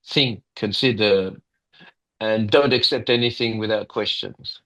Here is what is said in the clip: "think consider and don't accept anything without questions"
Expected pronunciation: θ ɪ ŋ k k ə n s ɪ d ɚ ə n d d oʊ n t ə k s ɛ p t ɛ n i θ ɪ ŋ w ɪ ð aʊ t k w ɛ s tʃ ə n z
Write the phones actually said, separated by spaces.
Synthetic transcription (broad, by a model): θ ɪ ŋ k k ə n s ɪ d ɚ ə n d d oʊ n t ə k s ɛ p t ɛ n i θ ɪ ŋ w ɪ ð aʊ t k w ɛ s tʃ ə n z